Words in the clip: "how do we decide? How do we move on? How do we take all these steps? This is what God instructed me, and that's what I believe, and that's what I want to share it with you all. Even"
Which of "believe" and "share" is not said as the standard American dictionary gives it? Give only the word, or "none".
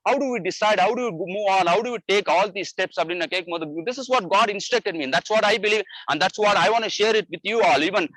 none